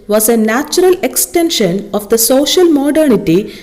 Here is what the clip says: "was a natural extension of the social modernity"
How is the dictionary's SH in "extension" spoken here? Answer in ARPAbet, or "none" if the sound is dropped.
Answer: SH